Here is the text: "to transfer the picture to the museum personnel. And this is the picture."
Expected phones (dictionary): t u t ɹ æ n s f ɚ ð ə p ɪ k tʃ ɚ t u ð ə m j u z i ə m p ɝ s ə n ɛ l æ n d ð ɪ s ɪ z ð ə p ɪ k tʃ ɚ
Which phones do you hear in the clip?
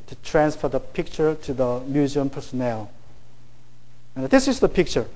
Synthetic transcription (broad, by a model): t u t ɹ æ n s f ɚ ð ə p ɪ k tʃ ɚ t u ð ə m j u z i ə m p ɝ s ə n ɛ l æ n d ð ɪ s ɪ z ð ə p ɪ k tʃ ɚ